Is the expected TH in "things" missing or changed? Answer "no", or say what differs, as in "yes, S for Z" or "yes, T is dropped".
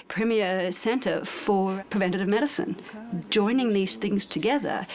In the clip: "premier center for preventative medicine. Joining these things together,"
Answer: no